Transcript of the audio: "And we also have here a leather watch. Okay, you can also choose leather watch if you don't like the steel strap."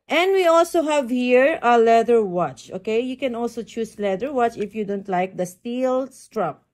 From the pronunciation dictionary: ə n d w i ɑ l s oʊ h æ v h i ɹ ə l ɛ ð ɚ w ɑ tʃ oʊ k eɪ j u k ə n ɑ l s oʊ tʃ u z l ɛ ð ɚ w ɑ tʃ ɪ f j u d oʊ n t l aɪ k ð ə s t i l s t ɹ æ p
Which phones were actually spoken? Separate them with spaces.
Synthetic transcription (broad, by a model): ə n d w i ɑ l s oʊ h æ v h i ɹ ə l ɛ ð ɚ w ɑ tʃ oʊ k eɪ j u k ə n ɑ l s oʊ tʃ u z l ɛ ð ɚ w ɑ tʃ ɪ f j u d oʊ n t l aɪ k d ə s t i l s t ɹ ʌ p